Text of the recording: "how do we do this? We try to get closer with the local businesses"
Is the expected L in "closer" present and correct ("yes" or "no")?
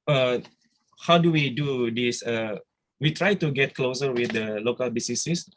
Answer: yes